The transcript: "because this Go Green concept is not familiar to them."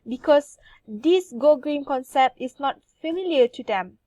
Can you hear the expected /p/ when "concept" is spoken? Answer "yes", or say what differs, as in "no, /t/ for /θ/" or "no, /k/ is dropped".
yes